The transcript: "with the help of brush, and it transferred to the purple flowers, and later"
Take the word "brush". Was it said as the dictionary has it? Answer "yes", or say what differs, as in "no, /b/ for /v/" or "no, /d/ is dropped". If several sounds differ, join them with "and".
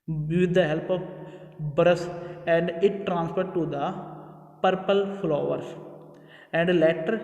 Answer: no, /s/ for /ʃ/